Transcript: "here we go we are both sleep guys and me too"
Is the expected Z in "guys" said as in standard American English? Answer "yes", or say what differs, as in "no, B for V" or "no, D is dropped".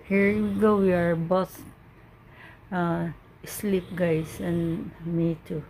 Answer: no, S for Z